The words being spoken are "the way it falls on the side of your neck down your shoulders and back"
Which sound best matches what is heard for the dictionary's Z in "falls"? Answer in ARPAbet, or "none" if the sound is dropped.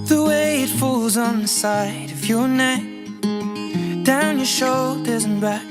Z